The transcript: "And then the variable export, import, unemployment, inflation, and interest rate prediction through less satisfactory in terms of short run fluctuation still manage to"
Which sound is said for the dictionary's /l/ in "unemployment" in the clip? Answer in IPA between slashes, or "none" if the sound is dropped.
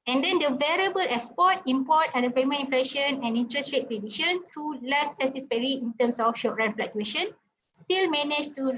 none